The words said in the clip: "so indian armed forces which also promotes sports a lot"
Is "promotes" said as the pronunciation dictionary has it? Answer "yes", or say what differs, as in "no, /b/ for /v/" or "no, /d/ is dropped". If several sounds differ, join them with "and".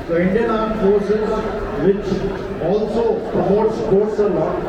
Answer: no, /m/ is dropped